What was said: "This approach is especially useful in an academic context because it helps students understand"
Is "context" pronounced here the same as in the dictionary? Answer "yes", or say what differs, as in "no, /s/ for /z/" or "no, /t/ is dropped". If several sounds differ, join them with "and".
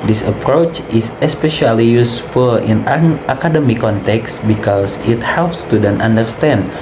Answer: yes